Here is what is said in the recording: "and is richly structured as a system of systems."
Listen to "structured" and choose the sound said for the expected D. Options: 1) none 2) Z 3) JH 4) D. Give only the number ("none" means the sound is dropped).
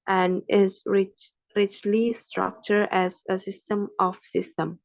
1